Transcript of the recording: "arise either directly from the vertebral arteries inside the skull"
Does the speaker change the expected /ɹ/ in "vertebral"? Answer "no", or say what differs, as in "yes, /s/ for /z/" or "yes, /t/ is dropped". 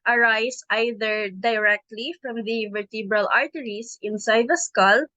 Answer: no